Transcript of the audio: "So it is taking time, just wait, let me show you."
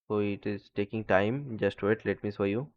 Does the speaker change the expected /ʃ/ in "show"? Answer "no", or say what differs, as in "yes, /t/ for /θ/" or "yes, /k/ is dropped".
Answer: yes, /s/ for /ʃ/